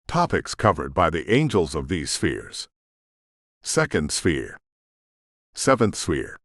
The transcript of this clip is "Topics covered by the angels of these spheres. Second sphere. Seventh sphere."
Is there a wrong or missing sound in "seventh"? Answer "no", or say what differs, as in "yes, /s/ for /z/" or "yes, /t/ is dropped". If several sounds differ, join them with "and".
no